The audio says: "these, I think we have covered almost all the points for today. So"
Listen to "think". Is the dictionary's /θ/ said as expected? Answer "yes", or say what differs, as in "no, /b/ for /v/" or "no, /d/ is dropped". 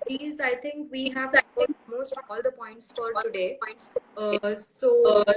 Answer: no, /t/ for /θ/